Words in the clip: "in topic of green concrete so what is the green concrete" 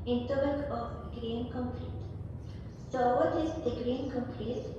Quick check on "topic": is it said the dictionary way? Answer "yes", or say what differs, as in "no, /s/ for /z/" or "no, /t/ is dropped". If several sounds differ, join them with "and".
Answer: no, /b/ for /p/